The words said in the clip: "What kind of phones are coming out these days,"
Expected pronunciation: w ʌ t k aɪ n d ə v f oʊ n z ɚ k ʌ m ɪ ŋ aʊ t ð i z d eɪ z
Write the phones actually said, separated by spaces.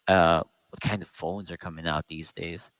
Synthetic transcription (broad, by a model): w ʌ t k aɪ n d ə v f oʊ n z ɚ k ʌ m ɪ ŋ aʊ t ð i z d eɪ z